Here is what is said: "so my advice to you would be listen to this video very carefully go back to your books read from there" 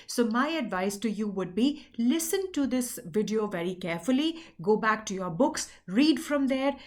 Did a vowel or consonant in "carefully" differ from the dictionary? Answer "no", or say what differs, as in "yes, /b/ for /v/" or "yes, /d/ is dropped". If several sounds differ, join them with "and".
no